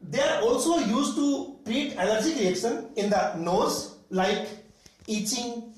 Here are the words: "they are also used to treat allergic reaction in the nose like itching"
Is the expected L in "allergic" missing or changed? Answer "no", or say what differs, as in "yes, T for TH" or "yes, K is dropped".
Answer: yes, N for L